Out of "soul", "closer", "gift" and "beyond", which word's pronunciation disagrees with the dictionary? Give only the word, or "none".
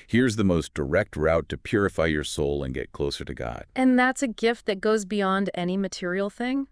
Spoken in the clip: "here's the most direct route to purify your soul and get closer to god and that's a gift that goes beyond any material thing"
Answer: none